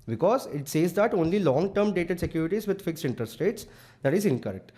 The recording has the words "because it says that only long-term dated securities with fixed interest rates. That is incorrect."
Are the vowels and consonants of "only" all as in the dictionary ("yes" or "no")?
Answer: yes